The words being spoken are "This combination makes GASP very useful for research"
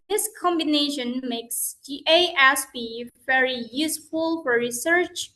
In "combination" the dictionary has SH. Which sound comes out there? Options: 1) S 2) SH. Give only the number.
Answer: 2